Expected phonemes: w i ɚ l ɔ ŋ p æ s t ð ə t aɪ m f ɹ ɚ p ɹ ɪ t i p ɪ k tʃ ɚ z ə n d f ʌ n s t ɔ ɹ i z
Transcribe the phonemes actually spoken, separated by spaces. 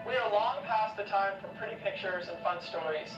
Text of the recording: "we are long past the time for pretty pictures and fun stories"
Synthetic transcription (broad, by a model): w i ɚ l ɔ ŋ p æ s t ð ə t aɪ m f ɹ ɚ p ɹ ɪ t i p ɪ k tʃ ɚ z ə n f ʌ n s t ɔ ɹ i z